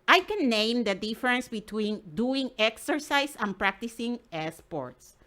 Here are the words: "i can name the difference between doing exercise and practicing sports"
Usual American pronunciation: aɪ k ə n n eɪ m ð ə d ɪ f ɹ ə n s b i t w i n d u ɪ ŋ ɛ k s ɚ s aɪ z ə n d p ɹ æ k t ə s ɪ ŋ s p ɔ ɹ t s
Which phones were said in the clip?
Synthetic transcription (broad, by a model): aɪ k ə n n eɪ m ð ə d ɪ f ɹ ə n s b i t w i n d u ɪ ŋ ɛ k s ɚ s aɪ s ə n p ɹ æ k t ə s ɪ ŋ s p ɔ ɹ t s